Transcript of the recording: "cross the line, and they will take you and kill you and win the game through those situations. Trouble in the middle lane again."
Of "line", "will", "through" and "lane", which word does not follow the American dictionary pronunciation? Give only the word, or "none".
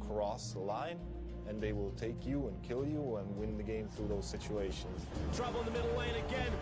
none